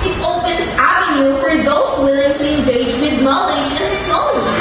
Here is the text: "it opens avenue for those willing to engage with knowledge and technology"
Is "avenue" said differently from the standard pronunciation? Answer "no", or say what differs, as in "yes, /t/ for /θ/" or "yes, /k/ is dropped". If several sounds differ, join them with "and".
yes, /n/ is dropped